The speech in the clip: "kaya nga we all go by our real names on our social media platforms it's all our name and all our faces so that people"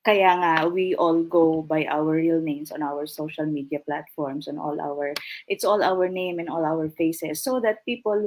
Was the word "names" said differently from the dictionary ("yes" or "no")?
yes